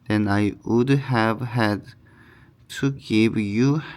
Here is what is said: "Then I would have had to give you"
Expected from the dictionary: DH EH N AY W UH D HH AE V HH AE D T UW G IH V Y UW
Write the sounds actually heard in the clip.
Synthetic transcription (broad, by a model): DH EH N AY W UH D HH AE V HH AE D T UW G IH V Y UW